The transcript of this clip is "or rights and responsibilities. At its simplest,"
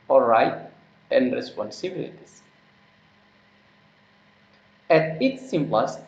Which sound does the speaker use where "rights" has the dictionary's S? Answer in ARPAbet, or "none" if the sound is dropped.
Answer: none